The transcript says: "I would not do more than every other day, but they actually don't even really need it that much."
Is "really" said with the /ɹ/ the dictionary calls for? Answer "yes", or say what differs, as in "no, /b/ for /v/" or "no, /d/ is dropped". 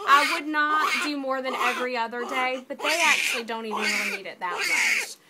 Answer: no, /w/ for /ɹ/